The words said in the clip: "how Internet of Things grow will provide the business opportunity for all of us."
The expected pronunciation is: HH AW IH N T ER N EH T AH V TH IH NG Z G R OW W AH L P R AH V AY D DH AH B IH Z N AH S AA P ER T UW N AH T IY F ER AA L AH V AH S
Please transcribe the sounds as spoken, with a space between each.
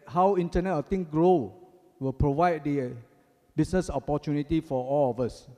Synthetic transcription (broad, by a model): HH AW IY N T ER N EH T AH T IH NG G R OW W AH L P R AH V AY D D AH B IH S N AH S AA P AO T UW N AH T IY F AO AA L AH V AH S